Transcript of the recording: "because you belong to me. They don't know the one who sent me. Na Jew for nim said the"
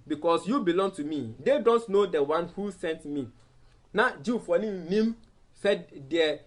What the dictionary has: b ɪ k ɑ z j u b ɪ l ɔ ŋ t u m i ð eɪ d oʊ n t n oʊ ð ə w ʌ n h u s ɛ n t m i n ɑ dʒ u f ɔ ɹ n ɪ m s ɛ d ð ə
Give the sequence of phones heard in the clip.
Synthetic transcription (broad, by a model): b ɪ k ɑ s j u b ɪ l ɔ ŋ t u m i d eɪ d oʊ n t n oʊ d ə w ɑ n h u s ɛ n t m i n ɑ dʒ u f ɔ l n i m s ɛ d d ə